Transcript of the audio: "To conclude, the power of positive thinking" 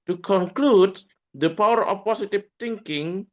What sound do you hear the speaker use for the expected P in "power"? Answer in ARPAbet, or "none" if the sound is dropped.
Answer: P